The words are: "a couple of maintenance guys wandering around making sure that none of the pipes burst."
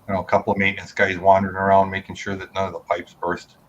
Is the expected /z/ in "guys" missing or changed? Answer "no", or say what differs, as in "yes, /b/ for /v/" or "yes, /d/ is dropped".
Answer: no